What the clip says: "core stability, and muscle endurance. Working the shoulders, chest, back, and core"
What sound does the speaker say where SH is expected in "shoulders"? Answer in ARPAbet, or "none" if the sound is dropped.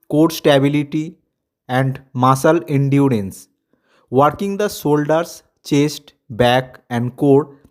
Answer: S